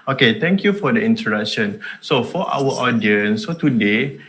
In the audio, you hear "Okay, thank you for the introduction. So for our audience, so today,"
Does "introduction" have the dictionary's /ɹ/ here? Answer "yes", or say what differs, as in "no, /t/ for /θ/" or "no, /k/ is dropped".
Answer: no, /ɹ/ is dropped